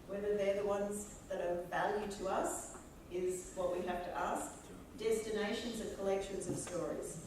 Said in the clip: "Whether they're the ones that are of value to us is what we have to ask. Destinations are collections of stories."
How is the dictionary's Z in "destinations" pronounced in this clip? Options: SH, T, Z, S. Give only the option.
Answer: Z